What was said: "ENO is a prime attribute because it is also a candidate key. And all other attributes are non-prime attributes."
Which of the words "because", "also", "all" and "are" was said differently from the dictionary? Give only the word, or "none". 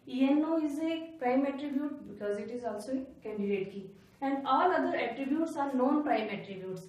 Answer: none